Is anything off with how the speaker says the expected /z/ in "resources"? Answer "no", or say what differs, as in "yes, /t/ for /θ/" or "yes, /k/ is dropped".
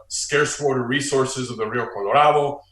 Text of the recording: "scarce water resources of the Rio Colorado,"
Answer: no